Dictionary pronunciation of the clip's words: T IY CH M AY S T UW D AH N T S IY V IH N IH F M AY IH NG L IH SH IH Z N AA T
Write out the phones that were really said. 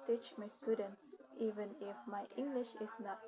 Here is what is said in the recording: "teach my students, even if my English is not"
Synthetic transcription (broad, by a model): T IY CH M AY S T UW D AH N T S IY V IH N IH F M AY IH NG L IH SH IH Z N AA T